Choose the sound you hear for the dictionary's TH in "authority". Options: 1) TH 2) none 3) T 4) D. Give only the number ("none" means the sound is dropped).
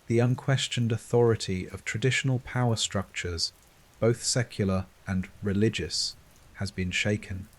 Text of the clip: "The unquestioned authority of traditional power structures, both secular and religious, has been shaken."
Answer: 1